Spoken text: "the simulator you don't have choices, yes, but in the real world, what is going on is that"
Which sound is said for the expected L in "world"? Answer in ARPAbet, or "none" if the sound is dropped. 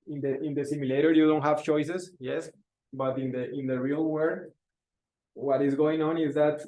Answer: none